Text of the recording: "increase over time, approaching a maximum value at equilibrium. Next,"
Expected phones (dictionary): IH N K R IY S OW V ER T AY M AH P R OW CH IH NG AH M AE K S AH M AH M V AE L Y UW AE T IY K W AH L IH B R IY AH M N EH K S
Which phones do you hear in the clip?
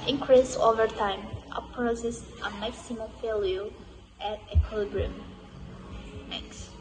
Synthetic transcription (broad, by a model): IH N K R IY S OW V ER T AY M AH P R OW S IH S AH M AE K S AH M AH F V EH L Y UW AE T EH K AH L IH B R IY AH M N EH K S